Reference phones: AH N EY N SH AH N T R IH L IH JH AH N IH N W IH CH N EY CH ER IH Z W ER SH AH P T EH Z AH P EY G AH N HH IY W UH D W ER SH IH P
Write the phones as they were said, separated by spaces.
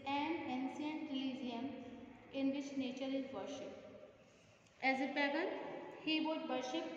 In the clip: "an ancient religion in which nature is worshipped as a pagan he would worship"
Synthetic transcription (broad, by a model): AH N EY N S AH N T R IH L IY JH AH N IH N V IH CH N EY CH ER IH Z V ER SH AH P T EH Z AH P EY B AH HH IY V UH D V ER SH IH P